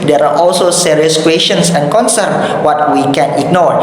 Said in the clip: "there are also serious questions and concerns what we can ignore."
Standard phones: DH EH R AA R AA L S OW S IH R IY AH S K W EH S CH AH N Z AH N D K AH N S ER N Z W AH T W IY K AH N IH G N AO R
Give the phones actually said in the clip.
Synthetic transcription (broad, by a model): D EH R AA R AA L S OW S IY R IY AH S K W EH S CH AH N S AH N K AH N S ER N W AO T W IY K AH N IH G N AO R